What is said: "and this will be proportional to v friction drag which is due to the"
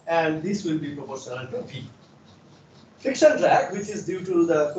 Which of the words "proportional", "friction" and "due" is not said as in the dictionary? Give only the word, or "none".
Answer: friction